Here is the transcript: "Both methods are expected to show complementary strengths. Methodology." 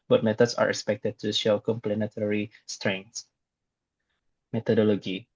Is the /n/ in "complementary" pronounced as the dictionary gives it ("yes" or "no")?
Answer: no